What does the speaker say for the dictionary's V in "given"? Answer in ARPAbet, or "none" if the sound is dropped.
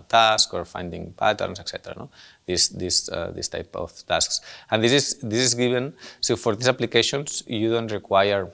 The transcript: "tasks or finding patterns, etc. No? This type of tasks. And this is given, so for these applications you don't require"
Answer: B